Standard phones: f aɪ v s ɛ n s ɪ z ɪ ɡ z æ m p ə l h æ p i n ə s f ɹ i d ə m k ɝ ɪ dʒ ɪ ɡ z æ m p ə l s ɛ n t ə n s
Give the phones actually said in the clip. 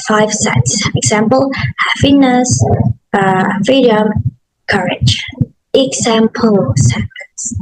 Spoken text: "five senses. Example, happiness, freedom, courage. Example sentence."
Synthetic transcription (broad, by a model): f aɪ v s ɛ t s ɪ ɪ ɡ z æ m p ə l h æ f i n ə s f i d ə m k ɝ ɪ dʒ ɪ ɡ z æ m p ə l s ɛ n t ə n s